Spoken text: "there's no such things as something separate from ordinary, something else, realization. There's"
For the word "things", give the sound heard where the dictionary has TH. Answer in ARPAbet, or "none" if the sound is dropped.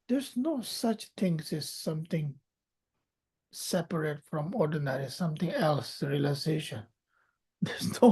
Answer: T